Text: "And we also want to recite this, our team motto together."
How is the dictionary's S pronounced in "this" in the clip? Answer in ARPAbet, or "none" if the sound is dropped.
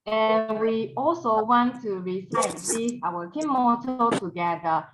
none